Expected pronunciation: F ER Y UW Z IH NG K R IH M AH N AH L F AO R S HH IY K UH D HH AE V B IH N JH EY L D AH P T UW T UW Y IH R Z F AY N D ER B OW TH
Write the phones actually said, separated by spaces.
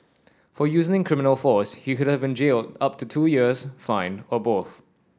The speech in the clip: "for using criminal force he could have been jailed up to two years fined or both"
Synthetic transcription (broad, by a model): F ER Y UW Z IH NG K R IH M AH N AH L F AO S HH IY K UH D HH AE V B IH N JH EY L D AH P T UW T UW Y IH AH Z F AY N ER B OW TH